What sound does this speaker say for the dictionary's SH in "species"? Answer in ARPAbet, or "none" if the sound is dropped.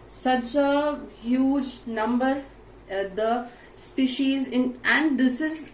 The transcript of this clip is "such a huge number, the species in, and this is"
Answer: SH